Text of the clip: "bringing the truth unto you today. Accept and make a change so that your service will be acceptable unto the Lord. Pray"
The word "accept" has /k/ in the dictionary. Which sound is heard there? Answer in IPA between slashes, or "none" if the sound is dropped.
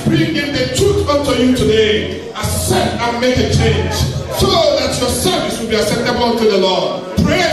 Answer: none